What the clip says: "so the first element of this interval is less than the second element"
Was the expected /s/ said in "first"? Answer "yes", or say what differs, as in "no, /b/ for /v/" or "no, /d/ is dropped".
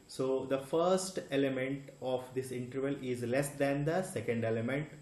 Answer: yes